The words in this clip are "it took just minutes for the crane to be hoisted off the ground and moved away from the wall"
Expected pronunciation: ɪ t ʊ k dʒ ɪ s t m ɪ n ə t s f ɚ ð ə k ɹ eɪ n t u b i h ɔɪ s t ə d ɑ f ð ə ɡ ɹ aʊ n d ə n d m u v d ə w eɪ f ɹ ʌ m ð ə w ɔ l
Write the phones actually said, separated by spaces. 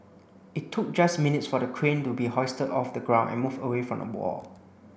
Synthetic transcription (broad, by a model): ɪ t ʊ k dʒ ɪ s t m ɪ n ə t s f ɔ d ə k ɹ eɪ n t u b i h ɔɪ s t ə d ɑ f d ə ɡ ɹ aʊ n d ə n m u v ə w eɪ f ɹ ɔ m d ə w ɔ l